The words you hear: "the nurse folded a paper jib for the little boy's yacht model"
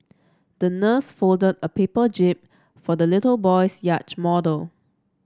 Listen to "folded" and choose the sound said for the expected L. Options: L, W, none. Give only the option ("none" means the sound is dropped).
L